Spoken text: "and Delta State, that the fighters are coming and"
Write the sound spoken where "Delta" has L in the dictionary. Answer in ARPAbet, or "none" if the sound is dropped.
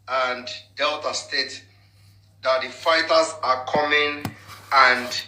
L